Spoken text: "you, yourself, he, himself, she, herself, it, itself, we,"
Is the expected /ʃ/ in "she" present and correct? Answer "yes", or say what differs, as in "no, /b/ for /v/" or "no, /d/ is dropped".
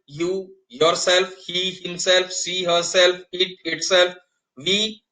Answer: no, /s/ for /ʃ/